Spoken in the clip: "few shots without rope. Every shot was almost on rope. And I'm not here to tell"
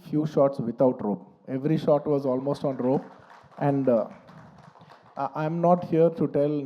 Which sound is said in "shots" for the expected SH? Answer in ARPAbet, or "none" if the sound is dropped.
SH